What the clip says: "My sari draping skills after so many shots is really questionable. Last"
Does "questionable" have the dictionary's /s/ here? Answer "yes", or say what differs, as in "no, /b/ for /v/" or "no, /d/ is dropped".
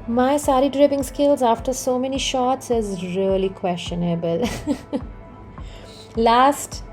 yes